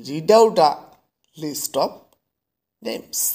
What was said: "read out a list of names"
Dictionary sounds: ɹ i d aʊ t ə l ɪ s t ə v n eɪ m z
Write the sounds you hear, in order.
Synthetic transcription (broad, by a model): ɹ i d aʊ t ə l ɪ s t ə p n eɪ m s